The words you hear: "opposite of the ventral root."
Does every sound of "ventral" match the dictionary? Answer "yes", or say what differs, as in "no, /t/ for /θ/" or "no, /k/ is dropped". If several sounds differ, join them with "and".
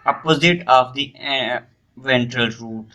yes